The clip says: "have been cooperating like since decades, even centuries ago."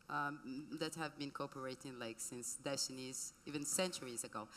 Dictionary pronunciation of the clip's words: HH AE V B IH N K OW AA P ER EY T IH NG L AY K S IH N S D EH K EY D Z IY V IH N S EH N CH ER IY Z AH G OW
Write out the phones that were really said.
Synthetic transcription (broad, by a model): HH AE V B IH N K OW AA P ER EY T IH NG L AY K S IH N S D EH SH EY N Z IY V IH N S EH N CH ER IY Z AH G OW